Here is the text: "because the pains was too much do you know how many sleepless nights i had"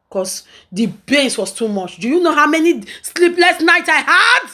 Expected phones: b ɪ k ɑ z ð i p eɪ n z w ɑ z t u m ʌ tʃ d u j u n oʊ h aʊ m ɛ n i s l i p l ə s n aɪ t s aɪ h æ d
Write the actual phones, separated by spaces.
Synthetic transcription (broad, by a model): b k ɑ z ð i b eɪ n s w ɑ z t u m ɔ tʃ d u j u n oʊ h aʊ m ɛ n i s l i p l ə s n aɪ t aɪ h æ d